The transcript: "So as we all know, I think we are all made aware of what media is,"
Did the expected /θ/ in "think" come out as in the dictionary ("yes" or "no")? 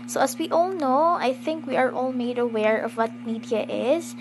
yes